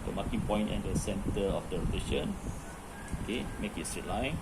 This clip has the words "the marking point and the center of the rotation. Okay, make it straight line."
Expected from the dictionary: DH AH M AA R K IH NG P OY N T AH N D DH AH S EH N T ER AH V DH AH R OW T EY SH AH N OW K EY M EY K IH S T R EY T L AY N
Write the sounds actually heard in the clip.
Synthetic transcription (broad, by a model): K M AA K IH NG P OY N T AH N D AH S EH N T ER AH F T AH L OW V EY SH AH N OW K EY M EY K IH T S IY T L AY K